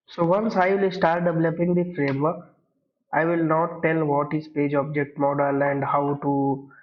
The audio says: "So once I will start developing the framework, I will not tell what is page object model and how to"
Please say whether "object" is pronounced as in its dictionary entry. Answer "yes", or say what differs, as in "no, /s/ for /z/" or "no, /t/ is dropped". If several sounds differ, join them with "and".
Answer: yes